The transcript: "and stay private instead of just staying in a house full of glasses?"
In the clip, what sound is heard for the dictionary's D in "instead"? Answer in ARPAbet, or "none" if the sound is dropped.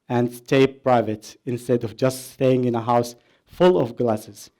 D